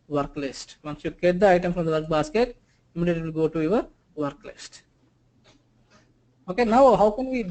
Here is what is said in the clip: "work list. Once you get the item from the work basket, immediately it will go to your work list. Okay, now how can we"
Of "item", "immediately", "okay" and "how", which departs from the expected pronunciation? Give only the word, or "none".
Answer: immediately